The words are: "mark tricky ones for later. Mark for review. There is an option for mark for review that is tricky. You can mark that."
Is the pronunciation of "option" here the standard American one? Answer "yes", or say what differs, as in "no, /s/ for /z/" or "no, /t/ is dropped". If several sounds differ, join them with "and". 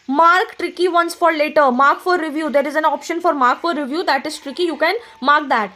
yes